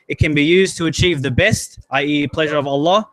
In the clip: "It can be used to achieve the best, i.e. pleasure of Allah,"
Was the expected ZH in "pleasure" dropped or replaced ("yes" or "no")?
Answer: no